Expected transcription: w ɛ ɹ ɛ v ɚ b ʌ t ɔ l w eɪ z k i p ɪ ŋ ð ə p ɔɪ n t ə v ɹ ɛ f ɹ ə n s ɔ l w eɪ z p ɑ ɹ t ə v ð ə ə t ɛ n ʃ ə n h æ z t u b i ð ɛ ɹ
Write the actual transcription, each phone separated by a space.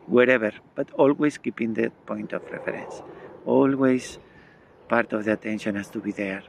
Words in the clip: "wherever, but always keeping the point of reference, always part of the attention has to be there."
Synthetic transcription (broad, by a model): w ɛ ɹ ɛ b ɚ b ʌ t ɔ l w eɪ s k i p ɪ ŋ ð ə p ɔɪ n t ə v ɹ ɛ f ɹ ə n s ɔ l w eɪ s p ɑ ɹ t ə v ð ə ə t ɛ n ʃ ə n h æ s t u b i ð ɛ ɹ